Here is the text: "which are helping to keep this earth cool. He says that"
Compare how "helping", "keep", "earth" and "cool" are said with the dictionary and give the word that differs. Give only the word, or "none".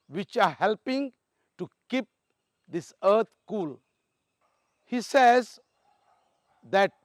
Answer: earth